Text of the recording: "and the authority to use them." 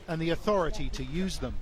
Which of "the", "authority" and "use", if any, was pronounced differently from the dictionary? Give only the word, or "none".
none